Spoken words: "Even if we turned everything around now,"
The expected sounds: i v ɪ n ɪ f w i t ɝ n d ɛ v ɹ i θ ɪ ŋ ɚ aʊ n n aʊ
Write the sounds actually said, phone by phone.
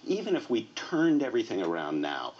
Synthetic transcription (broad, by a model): i v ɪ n ɪ f w i t ɝ n d ɛ v ɹ i θ ɪ ŋ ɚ aʊ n n aʊ